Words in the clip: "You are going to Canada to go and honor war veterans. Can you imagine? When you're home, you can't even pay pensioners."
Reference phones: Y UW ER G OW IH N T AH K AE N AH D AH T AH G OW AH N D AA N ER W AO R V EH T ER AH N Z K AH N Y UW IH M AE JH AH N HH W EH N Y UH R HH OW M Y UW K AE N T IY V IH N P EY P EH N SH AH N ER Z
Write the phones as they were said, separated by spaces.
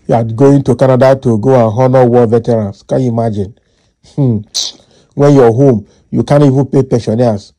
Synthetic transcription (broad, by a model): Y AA G OW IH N T AH K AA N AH D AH T AH G OW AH N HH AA N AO W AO V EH T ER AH N S K AH N Y UW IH M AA JH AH N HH W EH N Y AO HH OW M Y UW K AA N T IY V IH N P EY P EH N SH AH N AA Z